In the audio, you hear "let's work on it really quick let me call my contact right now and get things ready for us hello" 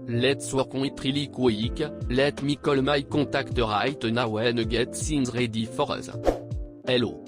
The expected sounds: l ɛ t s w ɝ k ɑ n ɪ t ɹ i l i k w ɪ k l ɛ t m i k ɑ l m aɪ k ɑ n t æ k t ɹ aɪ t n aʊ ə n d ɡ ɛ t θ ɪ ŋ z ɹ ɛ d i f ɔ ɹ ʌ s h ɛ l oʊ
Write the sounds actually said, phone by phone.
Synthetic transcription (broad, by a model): l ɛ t s w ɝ k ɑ ɪ t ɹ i l i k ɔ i k l ɛ t m i k ɑ l m aɪ k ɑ t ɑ k t ɹ aɪ t n aʊ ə n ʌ ɡ ɛ t s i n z ɹ ɛ d i f ɔ ɹ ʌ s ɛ l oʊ